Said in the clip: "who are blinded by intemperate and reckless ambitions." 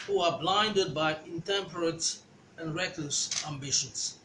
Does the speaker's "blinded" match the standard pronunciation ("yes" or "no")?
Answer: yes